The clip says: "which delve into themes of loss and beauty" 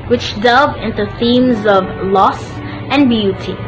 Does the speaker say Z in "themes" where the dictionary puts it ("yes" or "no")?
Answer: yes